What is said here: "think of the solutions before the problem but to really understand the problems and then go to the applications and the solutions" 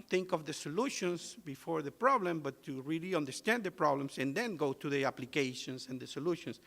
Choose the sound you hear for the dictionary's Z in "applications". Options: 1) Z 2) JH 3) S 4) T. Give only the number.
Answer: 3